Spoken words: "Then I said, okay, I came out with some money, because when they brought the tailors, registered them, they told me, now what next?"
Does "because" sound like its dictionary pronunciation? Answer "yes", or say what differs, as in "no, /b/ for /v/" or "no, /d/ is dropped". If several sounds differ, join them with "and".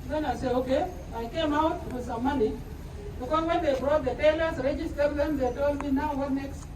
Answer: no, /z/ is dropped